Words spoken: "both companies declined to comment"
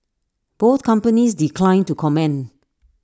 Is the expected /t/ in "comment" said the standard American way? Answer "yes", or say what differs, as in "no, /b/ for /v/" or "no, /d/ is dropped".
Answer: no, /t/ is dropped